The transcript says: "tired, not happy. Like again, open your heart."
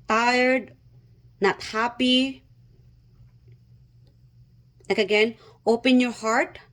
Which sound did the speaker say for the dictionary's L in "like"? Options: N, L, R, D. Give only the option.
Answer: N